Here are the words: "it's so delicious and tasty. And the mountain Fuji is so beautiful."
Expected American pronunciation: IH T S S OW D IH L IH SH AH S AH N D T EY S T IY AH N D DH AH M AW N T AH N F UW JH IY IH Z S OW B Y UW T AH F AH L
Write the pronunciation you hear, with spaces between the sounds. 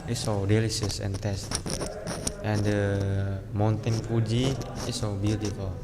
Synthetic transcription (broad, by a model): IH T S S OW D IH L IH S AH S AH N T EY S T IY AH N D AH M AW N T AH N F UW JH IY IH S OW B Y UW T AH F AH L